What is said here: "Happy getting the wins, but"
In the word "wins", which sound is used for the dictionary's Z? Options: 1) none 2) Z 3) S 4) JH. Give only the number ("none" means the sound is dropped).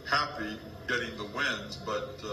2